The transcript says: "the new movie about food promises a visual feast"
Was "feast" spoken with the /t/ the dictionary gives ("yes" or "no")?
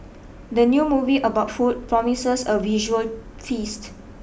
yes